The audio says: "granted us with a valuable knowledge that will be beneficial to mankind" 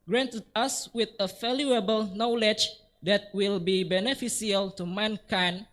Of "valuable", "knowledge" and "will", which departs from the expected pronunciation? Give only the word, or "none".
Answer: valuable